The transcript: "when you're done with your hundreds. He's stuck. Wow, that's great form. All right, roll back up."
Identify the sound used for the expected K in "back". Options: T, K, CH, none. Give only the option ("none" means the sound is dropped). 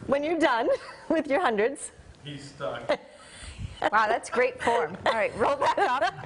none